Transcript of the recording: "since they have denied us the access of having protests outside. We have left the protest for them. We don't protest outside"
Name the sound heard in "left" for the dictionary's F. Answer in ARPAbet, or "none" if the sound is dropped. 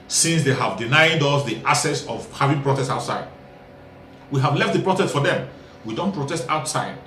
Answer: F